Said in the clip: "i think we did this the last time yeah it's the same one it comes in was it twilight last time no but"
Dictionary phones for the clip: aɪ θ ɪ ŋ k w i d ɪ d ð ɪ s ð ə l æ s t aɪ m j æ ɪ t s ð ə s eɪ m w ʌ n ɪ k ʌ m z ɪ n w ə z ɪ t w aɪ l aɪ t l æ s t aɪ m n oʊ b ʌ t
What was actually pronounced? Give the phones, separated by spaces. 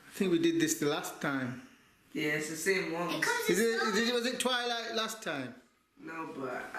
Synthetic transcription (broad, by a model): aɪ θ ɪ ŋ k w i d ɪ d ð ɪ s ð ə l æ s t aɪ m j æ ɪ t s ð ə s eɪ m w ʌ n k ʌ z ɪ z w ə z ɪ t w aɪ l aɪ t l æ s t aɪ m n oʊ b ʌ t